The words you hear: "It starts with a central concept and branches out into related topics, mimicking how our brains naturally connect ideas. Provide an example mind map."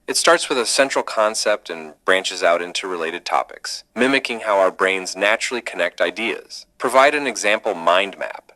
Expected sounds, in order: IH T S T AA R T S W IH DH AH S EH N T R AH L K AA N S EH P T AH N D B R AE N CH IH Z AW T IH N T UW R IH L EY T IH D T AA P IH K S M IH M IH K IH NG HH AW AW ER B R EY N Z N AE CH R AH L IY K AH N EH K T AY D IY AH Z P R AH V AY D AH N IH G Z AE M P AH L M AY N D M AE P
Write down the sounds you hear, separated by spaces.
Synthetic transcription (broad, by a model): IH T S T AA R T S W IH DH AH S EH N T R L K AA N S EH P T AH N B R AE N CH IH Z AW T IH N T UW R IH L EY T IH D T AA P IH K S M IH M IH K IH NG HH AW AW ER B R EY N Z N AE CH R L IY K AH N EH K T AY D IY AH Z P R AH V AY D AH N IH G Z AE M P L M AY N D M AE P